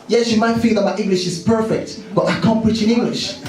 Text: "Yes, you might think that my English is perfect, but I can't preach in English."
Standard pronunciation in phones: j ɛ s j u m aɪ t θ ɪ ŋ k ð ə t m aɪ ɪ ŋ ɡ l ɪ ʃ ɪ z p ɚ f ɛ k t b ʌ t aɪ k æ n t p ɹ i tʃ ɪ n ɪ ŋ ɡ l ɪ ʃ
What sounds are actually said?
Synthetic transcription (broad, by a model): j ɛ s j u m aɪ t f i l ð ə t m aɪ ɪ ŋ ɡ l ɪ ʃ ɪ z p ɚ f ɛ k t b ʌ t aɪ k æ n p ɹ i tʃ ɪ n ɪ ŋ ɡ l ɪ ʃ